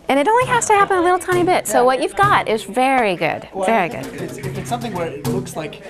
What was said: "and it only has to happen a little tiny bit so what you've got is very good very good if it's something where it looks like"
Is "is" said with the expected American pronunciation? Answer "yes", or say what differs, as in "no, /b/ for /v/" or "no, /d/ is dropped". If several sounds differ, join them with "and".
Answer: yes